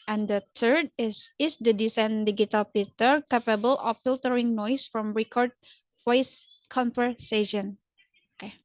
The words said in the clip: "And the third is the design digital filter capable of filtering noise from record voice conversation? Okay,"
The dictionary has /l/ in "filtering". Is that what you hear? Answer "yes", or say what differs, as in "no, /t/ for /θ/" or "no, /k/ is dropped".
yes